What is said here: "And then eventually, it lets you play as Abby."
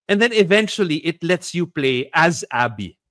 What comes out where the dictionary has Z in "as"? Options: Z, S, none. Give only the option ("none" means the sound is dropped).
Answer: Z